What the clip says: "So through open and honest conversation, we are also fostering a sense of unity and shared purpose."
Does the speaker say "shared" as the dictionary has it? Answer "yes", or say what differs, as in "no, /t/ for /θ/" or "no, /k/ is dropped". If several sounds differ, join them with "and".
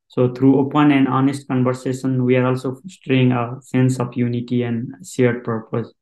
no, /s/ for /ʃ/